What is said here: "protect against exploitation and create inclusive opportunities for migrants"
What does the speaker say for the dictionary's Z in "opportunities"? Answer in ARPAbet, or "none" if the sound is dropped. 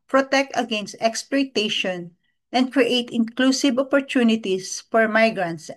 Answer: S